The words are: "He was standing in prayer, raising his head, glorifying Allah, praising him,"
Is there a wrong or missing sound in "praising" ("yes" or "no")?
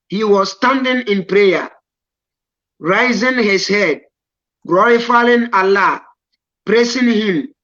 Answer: yes